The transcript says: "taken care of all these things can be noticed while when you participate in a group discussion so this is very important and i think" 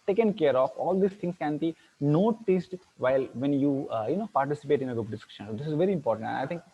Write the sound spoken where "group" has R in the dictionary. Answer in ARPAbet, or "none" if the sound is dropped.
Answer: none